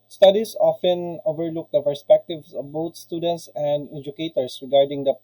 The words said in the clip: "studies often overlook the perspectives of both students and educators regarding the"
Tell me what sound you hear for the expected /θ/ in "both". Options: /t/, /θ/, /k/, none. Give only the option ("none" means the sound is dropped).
/t/